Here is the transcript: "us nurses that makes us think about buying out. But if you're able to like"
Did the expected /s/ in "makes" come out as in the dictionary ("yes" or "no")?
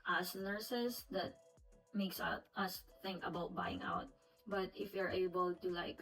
yes